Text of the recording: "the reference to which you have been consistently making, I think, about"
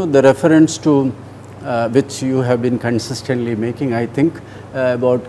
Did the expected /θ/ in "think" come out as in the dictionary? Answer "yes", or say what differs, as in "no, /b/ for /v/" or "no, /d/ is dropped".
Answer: no, /t/ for /θ/